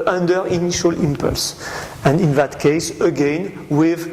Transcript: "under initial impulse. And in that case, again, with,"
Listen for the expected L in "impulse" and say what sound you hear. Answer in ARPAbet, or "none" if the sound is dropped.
L